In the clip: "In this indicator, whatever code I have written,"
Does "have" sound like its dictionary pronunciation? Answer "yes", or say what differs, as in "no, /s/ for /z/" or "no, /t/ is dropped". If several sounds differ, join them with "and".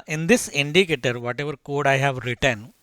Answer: yes